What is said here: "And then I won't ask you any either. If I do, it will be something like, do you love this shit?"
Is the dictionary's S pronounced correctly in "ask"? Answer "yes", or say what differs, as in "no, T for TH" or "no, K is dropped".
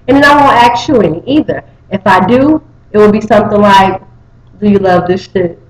no, S is dropped